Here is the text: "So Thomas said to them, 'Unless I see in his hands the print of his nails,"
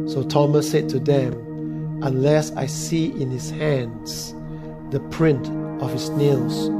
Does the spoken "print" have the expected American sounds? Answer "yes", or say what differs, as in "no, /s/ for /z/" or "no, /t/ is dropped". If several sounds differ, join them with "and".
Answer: yes